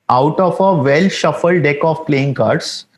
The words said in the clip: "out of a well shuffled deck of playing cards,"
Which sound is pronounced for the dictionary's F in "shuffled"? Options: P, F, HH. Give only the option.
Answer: F